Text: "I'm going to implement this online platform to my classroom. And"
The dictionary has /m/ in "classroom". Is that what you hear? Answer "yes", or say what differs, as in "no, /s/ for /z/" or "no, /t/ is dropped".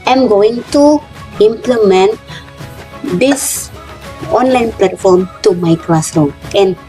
no, /m/ is dropped